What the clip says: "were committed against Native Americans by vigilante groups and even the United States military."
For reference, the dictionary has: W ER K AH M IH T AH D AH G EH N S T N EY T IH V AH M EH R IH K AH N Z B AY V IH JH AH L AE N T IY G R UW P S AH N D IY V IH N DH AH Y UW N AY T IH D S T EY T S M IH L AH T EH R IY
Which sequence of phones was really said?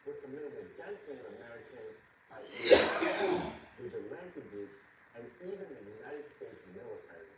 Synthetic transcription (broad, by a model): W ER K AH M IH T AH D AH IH S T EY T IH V AH M EH R IH K AH N Z B AY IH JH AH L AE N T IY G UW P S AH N IY V IH N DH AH Y UW N AY T IH D S T EY T S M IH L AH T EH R